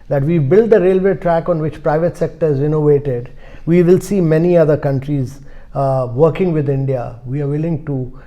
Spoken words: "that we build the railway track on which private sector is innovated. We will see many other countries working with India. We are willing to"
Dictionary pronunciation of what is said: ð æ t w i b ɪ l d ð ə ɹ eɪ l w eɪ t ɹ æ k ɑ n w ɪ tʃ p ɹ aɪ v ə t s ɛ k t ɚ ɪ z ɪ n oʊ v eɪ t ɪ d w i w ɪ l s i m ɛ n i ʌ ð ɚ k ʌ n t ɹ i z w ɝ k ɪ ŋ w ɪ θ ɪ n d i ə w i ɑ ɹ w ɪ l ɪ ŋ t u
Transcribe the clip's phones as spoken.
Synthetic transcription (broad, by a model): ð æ t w i b ɪ l d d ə ɹ eɪ l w eɪ t ɹ æ k ɑ n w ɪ tʃ p ɹ aɪ v ə t s ɛ k t ɚ ɪ z ɪ n oʊ v eɪ t ɪ d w i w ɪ l s i m ɛ n i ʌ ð ɚ k ʌ n t ɹ i z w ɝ k ɪ ŋ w ɪ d ɪ n d i ə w i ɑ ɹ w ɪ l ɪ ŋ t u